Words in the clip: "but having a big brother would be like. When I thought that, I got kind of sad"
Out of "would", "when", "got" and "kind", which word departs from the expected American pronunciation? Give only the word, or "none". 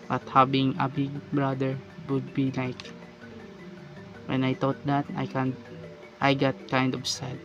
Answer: none